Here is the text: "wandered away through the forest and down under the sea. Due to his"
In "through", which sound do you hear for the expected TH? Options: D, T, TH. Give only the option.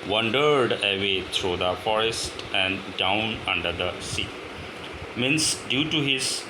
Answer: T